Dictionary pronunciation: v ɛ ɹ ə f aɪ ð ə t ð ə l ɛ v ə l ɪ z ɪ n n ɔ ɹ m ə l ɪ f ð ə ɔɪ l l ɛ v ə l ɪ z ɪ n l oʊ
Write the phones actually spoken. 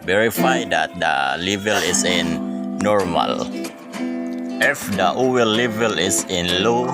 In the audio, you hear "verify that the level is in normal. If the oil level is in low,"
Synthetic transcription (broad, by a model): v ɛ ɹ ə f aɪ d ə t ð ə l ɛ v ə l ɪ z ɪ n n ɔ ɹ m ə l ɪ f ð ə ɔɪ w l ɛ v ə l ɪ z ɪ n l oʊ